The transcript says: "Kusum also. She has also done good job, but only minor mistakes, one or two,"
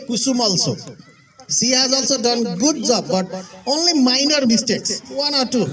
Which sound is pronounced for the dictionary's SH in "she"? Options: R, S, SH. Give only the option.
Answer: S